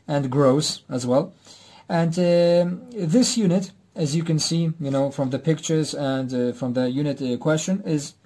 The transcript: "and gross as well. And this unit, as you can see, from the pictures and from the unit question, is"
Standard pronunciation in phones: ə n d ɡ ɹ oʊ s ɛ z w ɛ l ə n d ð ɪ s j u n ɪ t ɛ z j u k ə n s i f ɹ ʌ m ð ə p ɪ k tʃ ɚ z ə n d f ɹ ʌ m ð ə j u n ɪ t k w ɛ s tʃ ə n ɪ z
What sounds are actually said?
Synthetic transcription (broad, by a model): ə n ɡ ɹ oʊ s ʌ z w ɛ l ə n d ð ɪ s j u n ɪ t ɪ z j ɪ k ə n s i f ɹ ʌ m ð ə p ɪ k tʃ ɚ z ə n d f ɹ ʌ m ð ə j u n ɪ t k w ɛ s tʃ ə n ɪ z